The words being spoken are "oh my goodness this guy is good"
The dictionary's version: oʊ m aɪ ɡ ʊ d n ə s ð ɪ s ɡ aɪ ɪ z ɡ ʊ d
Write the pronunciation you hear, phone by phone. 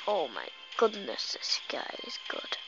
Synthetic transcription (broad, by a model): oʊ m aɪ ɡ ʊ d n ə s ð ɪ s ɡ aɪ ɪ z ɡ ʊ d